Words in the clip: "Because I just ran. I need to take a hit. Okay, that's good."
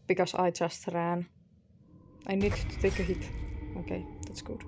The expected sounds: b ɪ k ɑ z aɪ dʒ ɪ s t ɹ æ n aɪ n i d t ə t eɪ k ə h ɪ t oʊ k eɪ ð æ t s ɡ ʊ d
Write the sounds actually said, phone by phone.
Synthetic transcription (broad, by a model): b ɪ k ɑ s aɪ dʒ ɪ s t ɹ æ n aɪ n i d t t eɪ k ə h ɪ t oʊ k eɪ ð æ t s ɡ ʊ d